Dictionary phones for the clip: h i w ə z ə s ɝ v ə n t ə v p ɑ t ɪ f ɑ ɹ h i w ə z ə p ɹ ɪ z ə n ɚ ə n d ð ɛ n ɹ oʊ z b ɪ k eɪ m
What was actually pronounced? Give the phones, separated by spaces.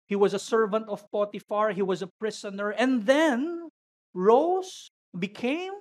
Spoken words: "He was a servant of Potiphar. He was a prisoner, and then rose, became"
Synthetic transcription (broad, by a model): h i w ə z ə s ɝ v ə n t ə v p ɑ t ɪ f ɑ ɹ h i w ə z ə p ɹ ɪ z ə n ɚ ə n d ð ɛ n ɹ oʊ s b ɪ k eɪ m